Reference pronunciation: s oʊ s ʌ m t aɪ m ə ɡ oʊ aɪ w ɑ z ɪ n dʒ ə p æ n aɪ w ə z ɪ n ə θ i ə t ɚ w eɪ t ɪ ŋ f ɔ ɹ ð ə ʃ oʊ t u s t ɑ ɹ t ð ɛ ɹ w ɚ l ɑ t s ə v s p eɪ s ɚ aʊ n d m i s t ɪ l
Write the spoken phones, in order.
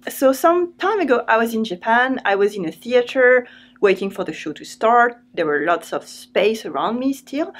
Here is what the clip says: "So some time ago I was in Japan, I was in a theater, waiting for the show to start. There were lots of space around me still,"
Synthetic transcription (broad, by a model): s oʊ s ʌ m t aɪ m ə ɡ oʊ aɪ w ɑ z ɪ n dʒ ə p æ n aɪ w ə z ɪ n ə θ i ə t ɚ w eɪ t ɪ ŋ f ɔ ɹ ð ə ʃ oʊ t u s t ɑ ɹ t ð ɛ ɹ w ɚ l ɑ t s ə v s p eɪ s ɚ aʊ n d m i s t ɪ l